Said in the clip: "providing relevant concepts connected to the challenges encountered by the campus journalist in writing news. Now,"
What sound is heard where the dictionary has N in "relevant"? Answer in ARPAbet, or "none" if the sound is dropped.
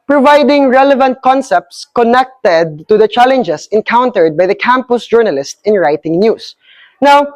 N